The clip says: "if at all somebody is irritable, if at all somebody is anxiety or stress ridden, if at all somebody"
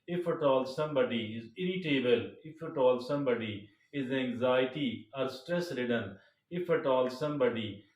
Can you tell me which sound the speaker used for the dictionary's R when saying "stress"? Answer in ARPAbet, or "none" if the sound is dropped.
R